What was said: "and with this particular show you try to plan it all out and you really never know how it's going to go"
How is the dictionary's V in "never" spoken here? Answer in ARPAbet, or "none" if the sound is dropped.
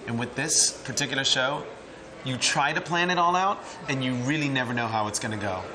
V